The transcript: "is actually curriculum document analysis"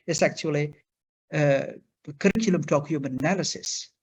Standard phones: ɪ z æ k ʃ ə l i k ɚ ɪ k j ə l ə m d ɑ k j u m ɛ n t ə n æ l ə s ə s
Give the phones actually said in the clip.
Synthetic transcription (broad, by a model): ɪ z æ k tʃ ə l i k ɚ ɪ k j ə l ə m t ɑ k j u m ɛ n ə n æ l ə s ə s